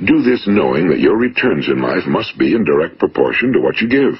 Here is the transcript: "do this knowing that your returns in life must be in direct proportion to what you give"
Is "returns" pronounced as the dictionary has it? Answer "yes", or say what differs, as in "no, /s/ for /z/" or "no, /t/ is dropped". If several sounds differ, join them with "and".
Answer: yes